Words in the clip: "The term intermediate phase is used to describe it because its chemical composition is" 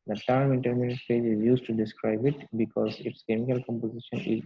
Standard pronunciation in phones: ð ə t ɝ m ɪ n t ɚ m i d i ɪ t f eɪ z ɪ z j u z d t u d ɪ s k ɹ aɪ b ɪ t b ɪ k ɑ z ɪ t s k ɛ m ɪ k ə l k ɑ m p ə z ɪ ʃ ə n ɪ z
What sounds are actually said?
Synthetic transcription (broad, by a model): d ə t ɝ m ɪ n t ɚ m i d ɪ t p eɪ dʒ ɪ z j u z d t u d ɪ s k ɹ aɪ b ɪ t b ɪ k ɑ z ɪ t s k ɛ m ɪ k ə l k ɑ m p ə z ɪ ʃ ə n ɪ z